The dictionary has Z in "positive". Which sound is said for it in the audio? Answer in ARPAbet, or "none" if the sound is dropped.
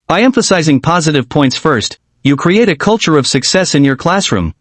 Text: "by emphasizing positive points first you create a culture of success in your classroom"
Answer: Z